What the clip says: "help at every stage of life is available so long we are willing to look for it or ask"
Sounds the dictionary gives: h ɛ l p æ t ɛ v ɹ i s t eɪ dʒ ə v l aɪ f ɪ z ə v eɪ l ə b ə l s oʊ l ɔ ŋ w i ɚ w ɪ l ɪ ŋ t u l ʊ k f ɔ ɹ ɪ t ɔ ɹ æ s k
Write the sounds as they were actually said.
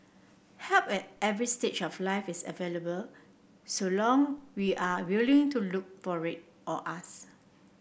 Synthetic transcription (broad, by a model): h ɛ l p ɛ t ɛ v ɹ i s t eɪ tʃ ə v l aɪ f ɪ s ə v eɪ l ə b ə l s oʊ l ɔ ŋ w i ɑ w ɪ l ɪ ŋ t u l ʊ k f ɔ ɹ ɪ t ɔ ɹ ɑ s